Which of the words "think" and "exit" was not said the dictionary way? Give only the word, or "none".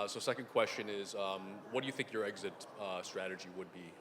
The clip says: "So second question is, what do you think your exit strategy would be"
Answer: none